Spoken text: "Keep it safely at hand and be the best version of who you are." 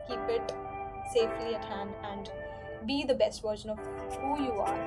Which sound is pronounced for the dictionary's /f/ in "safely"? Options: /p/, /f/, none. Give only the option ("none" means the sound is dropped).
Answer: /f/